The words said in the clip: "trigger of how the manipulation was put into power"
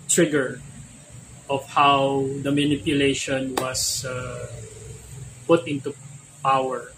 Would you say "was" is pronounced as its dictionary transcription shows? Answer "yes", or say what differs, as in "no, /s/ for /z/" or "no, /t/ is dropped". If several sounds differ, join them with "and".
no, /s/ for /z/